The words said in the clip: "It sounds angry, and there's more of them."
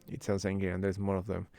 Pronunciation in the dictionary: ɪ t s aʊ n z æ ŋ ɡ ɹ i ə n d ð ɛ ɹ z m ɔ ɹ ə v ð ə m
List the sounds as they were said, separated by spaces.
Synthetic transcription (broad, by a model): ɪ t s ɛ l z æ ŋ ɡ i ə n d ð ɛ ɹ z m ɔ ɹ ə v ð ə m